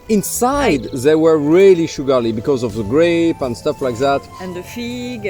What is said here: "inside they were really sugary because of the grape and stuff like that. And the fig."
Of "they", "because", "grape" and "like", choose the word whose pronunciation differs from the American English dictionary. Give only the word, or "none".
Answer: none